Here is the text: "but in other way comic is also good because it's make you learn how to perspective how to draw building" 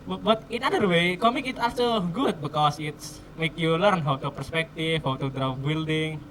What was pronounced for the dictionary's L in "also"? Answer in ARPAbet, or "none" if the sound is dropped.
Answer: none